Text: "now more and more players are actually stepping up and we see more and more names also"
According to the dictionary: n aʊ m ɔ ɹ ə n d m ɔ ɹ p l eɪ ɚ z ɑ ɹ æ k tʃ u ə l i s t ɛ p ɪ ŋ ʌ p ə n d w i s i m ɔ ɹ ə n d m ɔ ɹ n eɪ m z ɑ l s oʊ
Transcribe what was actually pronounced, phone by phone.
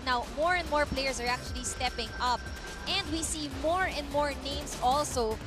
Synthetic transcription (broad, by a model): n aʊ m ɔ ɹ ə n d m ɔ ɹ p l eɪ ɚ s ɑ ɹ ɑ k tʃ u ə l i s t ɛ p ɪ ŋ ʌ p ə n d w i s i m ɔ ɹ ə n d m ɔ ɹ n eɪ m s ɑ l s oʊ